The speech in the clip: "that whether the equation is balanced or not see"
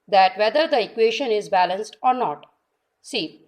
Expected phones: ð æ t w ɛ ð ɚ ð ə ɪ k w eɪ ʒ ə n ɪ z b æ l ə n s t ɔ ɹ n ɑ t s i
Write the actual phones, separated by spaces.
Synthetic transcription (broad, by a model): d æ t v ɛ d ɚ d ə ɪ k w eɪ ʃ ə n ɪ z b æ l ə n s t ɔ ɹ n ɑ t s i